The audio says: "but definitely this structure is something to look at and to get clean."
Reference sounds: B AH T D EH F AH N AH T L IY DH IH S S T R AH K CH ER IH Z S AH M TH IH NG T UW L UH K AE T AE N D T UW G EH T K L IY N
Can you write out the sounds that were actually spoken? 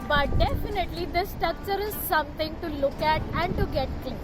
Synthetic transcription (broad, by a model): B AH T D EH F AH N AH T L IY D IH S S T AH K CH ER IH Z S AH M T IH NG T UW L UH K AE T AE N D T UW G EH T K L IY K